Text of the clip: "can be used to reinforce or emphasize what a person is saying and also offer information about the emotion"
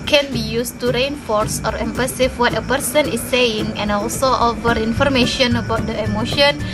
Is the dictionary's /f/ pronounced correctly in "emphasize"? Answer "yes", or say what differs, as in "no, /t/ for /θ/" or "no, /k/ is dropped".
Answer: no, /p/ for /f/